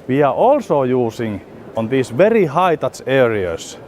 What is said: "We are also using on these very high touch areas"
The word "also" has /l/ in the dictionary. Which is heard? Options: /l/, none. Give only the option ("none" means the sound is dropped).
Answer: /l/